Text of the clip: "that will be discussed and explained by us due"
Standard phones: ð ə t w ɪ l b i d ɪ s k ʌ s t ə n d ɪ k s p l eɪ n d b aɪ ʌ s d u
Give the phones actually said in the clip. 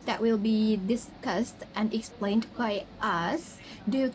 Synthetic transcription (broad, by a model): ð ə t w ɪ l b i d ɪ s k ʌ s t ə n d ɪ k s p l eɪ n d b aɪ ʌ s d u